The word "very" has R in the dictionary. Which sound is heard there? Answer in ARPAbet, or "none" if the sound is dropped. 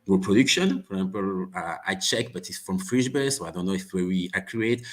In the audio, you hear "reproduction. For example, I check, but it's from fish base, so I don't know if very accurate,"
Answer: W